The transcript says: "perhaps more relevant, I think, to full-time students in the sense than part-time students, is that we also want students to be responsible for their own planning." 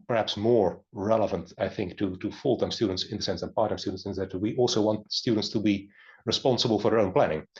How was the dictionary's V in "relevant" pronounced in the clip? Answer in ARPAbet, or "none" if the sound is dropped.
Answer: V